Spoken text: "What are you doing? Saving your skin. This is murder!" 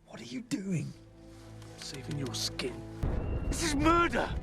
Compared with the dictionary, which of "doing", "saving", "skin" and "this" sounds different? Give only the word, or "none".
saving